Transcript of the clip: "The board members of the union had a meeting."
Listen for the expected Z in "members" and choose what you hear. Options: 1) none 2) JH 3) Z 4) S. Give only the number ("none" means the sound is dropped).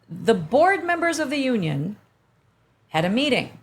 3